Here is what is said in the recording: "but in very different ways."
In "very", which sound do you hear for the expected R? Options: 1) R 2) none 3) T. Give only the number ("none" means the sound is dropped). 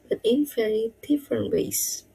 2